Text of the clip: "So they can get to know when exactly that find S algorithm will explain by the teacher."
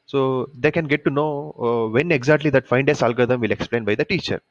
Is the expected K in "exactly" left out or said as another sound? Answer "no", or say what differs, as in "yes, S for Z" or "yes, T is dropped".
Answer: no